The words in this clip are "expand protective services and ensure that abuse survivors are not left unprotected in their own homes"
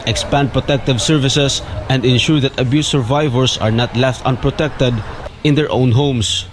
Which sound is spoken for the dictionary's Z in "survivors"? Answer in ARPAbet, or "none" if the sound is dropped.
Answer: S